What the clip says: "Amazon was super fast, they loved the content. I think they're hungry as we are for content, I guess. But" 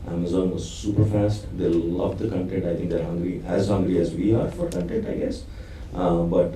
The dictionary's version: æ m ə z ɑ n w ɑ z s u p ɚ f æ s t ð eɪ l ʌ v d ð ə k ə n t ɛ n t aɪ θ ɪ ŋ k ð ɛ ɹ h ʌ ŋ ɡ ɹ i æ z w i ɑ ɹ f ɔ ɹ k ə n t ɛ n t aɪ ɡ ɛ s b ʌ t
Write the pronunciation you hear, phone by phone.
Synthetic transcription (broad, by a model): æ m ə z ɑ n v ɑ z s u p ɚ f æ s t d eɪ l ʌ v d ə k ə n t ɛ n t aɪ t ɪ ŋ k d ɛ ɹ h ʌ ŋ ɡ ɹ i æ z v i ɑ ɹ f ɔ ɹ k ə n t ɛ n t aɪ ɡ ɛ s b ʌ t